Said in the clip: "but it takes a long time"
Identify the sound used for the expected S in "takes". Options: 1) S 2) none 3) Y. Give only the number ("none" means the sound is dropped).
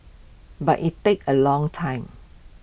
2